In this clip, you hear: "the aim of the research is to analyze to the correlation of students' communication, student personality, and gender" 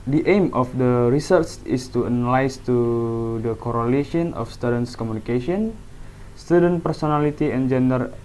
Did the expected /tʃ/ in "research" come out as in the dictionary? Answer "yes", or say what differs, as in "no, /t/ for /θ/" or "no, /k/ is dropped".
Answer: no, /s/ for /tʃ/